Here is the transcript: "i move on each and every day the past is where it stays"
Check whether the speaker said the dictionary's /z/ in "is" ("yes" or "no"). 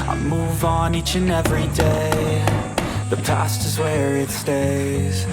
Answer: yes